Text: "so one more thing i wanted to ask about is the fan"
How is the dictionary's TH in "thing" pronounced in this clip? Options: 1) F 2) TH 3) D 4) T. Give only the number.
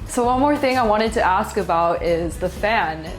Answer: 2